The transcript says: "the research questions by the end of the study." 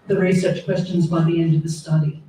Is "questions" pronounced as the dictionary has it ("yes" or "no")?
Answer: yes